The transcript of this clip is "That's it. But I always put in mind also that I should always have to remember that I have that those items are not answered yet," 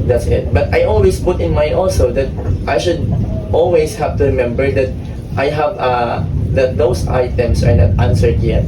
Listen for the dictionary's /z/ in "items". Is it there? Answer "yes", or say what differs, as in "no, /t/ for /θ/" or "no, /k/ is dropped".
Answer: no, /s/ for /z/